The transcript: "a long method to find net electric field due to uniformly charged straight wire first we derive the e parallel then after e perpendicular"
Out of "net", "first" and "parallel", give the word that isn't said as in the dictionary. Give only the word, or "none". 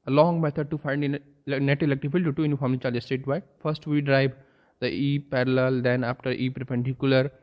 none